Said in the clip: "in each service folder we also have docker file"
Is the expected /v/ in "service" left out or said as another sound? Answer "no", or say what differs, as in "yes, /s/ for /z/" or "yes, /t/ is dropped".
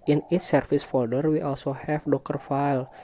yes, /f/ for /v/